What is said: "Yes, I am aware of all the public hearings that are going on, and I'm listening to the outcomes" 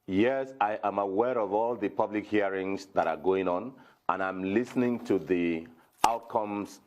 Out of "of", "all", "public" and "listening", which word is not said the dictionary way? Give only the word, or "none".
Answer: none